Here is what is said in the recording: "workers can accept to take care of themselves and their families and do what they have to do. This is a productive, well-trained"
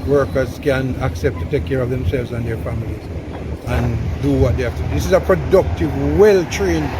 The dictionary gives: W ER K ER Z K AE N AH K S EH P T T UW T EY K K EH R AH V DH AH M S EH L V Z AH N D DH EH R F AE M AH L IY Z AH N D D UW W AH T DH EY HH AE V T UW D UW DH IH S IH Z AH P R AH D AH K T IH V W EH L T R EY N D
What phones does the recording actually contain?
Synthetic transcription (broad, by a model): W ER K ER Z K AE N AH K S EH P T T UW T EY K K EH R AH V DH AH M S EH L V Z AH N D DH EH R F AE M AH L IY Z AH N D D UW W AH T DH EY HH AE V T UW D UW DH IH S IH Z AH P R AH D AH K T IH V W EH L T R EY N